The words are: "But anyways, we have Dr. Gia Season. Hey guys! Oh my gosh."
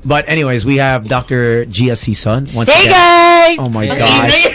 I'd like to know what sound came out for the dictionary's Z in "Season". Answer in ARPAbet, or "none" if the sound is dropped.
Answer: S